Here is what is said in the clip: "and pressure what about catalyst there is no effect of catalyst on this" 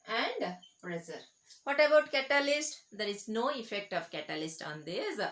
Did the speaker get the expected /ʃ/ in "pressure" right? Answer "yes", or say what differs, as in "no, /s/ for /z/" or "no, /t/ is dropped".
no, /s/ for /ʃ/